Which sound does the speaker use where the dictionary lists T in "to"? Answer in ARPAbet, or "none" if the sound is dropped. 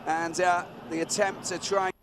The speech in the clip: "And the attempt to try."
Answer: S